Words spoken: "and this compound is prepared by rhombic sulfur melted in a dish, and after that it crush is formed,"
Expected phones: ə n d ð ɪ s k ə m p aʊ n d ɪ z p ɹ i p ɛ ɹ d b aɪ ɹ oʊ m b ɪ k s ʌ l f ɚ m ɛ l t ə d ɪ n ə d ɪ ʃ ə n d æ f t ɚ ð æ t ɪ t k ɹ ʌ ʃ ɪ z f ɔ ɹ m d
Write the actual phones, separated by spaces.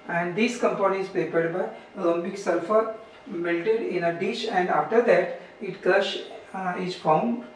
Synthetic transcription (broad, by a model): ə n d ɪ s k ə m p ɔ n ɪ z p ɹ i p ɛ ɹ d b aɪ l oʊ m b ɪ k s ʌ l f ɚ m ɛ l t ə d ɪ n ə d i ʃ ə n d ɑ f t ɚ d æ t ɪ t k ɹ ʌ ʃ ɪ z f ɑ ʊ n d